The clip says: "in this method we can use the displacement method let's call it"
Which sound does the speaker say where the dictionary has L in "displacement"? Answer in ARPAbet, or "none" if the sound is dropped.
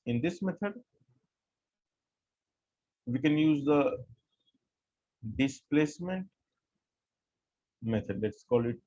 L